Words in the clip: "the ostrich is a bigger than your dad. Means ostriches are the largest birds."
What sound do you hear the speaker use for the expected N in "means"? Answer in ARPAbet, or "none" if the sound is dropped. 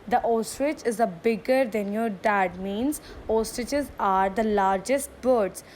N